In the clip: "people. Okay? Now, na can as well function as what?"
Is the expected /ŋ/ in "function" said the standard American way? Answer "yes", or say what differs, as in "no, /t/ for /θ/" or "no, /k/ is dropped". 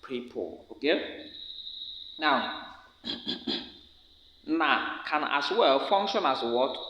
yes